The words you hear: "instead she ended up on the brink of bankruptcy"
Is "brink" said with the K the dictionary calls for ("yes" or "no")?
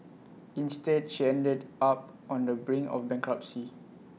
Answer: no